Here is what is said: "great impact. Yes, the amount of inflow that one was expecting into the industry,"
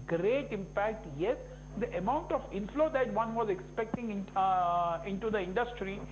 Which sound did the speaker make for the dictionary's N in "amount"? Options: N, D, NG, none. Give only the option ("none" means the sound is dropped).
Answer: N